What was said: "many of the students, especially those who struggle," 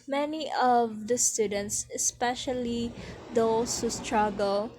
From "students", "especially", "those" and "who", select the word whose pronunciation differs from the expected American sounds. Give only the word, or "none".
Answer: those